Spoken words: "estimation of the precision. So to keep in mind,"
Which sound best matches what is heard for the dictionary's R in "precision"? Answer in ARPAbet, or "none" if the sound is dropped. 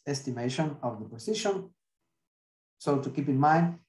none